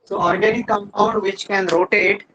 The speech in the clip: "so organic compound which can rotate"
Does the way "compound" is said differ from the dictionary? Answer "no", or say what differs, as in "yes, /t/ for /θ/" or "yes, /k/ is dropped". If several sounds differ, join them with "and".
yes, /p/ is dropped